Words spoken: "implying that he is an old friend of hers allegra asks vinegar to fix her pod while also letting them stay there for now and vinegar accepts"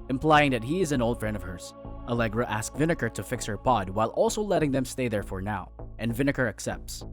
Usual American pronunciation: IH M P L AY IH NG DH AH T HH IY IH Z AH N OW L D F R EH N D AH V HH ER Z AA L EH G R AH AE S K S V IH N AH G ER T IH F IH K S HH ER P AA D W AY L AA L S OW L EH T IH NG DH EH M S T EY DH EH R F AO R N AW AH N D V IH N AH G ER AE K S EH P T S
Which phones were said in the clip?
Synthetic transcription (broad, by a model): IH M P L AY IH NG DH AH T HH IY IH Z AH N OW L D F R EH N D AH V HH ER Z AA L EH G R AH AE S K V IH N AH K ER T IH F IH K S HH ER P AA D W AY L AA L S OW L EH T IH NG DH EH M S T EY DH EH R F AO R N AW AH N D V IH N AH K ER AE K S EH P T S